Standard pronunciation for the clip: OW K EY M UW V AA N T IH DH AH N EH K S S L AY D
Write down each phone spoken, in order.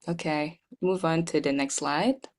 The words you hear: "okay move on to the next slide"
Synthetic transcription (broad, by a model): OW K EY M UW V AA N T IH DH AH N EH K S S L AY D